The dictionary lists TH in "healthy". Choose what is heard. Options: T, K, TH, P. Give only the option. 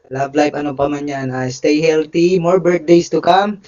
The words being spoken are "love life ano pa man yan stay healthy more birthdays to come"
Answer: T